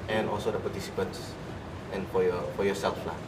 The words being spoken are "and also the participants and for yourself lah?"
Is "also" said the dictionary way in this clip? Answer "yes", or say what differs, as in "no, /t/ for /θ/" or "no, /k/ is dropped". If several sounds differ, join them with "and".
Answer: yes